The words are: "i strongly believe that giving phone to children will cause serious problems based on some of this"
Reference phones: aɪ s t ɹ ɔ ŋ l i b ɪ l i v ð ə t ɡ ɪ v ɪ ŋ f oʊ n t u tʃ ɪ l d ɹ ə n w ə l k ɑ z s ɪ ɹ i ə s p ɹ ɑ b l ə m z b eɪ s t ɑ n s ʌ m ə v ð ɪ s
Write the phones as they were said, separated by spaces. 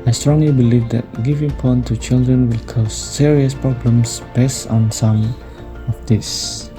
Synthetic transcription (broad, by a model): aɪ s t ɹ ɔ ŋ l i b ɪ l i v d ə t ɡ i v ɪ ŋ p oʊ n t u tʃ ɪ l d ɹ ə n w ə l k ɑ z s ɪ ɹ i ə s p ɹ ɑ b l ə m s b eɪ s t ɑ n s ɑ m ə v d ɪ s